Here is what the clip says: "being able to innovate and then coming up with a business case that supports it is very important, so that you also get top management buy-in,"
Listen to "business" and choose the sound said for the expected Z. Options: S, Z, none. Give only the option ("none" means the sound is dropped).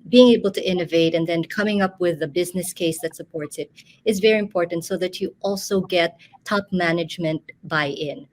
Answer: Z